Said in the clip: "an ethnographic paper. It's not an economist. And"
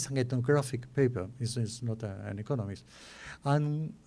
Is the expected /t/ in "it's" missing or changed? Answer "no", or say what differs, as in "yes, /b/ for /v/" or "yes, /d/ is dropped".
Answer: yes, /s/ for /t/